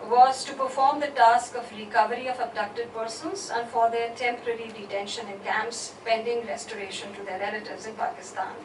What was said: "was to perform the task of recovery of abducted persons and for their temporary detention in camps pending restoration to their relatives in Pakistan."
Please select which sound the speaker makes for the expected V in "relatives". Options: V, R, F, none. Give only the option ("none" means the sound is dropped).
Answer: V